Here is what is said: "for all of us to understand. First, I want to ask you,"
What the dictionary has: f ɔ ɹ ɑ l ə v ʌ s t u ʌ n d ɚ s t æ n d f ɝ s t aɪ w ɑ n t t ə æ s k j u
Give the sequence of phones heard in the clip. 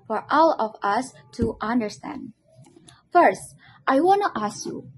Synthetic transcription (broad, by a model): f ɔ ɹ ɑ l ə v ʌ s t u ʌ n d ɚ s t æ n d f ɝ s t aɪ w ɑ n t t æ s k j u